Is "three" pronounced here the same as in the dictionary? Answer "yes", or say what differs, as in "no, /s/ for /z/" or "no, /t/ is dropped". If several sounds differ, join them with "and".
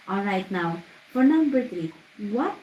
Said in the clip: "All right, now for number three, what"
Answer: no, /t/ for /θ/